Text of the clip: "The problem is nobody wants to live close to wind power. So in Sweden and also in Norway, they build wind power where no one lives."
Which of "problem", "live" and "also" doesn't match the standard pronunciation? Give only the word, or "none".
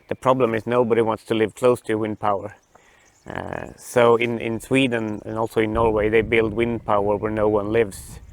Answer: none